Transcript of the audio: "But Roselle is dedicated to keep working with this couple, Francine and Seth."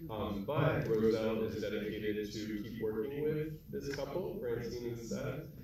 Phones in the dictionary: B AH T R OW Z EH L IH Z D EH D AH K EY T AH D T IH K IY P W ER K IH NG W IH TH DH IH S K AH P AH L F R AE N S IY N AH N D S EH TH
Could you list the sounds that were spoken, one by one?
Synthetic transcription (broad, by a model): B AH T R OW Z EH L IH Z D EH D AH K EY T AH D T IH K IY P W ER K IH NG W IH DH IH S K AH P L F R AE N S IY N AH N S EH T